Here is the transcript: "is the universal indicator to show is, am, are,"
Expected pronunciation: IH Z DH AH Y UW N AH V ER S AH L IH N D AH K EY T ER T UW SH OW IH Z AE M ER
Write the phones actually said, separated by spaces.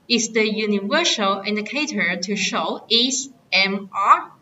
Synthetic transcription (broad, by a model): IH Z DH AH Y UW N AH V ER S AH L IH N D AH K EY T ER T UW SH OW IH S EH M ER